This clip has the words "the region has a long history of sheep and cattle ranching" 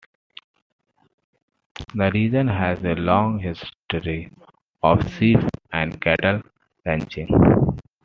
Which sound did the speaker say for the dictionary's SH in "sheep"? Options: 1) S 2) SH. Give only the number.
1